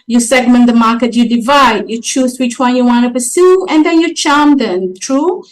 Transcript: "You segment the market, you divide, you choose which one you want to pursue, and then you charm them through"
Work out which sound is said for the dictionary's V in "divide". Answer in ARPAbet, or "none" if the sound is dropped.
V